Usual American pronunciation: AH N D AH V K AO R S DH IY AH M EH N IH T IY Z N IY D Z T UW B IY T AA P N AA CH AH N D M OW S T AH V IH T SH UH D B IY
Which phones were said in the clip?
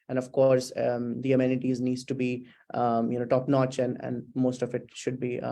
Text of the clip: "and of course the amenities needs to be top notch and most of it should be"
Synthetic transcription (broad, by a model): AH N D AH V K AO R S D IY AH M EH N IH T IY Z N IY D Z T UW B IY T AA P N AA CH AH N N M OW S T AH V IH T SH UH D B IY